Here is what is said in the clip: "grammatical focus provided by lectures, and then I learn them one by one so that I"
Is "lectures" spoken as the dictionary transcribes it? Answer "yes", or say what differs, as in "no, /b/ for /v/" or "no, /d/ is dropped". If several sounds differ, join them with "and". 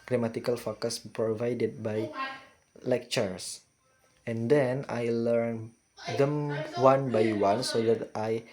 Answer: no, /s/ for /z/